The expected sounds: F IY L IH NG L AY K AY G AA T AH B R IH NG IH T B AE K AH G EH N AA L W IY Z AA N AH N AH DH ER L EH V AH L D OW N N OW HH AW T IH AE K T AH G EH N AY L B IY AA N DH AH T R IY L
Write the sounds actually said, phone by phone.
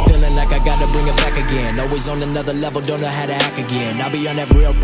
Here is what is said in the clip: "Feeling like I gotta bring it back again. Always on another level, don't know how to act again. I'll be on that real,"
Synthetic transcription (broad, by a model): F IY L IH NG L AY K AY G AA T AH B R IH NG IH T B AE K AH G EH N AA L W IY Z N AH N AH DH ER L EH V L D OW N N OW HH AW T IH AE K AH G EH N AY L B IY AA N DH AH T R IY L